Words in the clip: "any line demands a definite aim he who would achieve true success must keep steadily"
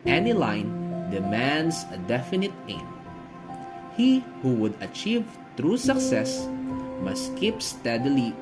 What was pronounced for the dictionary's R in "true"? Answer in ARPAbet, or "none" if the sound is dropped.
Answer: R